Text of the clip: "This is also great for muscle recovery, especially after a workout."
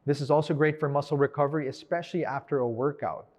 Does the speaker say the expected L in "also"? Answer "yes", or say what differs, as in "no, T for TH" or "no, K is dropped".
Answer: yes